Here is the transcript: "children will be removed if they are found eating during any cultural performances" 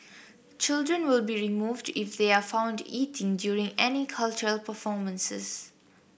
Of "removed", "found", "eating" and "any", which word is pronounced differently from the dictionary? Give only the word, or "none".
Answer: none